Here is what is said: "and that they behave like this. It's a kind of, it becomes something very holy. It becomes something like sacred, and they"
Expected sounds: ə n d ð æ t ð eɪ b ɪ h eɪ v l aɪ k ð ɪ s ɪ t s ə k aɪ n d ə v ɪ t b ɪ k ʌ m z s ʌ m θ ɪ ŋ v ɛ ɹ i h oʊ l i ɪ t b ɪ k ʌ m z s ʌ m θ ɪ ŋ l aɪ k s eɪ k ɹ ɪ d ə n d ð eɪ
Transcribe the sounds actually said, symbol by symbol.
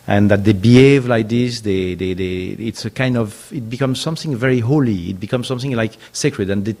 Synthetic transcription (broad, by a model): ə n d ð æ t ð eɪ b ɪ h eɪ v l aɪ k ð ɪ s ɪ t s ə k aɪ n d ə v ɪ t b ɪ k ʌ m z s ʌ m θ ɪ ŋ v ɛ ɹ i h oʊ l i ɪ t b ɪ k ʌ m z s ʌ m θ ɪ ŋ l aɪ k s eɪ k ɹ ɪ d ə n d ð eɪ